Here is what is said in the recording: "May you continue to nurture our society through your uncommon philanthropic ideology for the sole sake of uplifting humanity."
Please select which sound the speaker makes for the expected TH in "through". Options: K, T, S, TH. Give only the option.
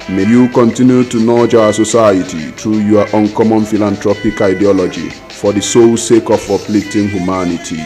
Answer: T